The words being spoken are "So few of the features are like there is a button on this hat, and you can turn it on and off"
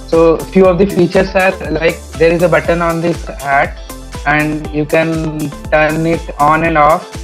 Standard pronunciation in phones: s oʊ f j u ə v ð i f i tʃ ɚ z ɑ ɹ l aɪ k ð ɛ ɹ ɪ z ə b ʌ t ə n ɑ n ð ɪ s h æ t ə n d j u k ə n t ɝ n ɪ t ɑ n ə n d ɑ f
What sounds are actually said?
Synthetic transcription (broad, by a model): s oʊ f j u ə v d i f i tʃ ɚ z ɑ ɹ l aɪ k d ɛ ɹ ɪ z ə b ʌ t ə n ɑ n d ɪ s h æ t ə n d j u k ə n t ɝ n ɪ t ɑ n ə n d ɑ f